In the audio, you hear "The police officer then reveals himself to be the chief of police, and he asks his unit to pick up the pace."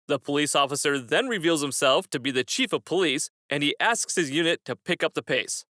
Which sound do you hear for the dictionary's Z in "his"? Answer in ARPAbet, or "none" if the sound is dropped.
Z